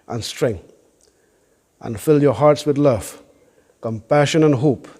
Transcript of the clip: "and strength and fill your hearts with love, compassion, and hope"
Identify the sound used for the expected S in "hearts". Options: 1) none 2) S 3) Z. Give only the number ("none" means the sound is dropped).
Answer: 2